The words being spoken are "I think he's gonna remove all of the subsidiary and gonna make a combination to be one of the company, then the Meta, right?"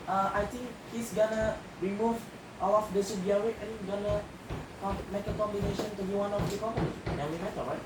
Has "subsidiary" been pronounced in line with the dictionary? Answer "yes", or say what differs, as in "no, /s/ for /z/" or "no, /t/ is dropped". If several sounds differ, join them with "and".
no, /w/ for /ɹ/